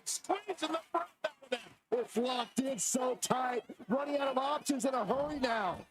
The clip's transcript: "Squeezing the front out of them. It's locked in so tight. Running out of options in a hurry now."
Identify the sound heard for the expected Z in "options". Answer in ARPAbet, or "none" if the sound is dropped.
Z